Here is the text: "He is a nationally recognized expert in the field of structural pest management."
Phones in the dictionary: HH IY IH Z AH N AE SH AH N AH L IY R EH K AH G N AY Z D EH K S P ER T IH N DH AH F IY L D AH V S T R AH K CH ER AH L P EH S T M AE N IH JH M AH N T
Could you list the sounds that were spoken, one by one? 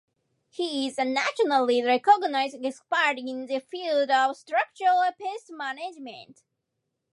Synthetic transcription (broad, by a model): HH IY IH Z AH N AE SH AH N AH L IY R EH K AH G N AY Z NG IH S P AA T IH N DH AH F IY L D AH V S T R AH K CH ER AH L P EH S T M AE N IH JH M AH N T